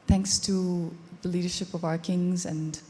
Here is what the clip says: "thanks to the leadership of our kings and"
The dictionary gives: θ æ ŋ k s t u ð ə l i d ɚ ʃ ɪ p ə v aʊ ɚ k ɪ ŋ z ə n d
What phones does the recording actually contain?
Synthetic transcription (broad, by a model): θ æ ŋ k s t u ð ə l i d ɚ ʃ ɪ p ə v aʊ ɚ k ɪ ŋ z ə n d